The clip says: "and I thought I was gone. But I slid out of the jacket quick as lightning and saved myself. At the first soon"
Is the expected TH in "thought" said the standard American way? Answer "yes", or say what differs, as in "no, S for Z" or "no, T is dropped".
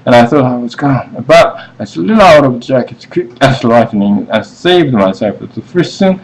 yes